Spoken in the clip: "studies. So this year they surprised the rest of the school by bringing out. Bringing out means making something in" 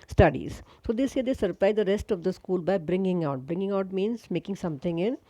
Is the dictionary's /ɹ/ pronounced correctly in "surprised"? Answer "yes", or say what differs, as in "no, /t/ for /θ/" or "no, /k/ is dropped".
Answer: no, /l/ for /ɹ/